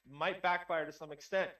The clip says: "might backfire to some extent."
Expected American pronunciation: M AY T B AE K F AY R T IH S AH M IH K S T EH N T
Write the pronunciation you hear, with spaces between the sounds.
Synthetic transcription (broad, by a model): M AY T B AE K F AY R T IH S AH M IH K S T EH N T